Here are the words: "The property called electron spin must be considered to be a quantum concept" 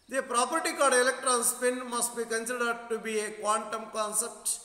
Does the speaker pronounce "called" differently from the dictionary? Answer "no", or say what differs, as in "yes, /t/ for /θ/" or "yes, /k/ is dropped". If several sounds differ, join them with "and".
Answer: yes, /l/ is dropped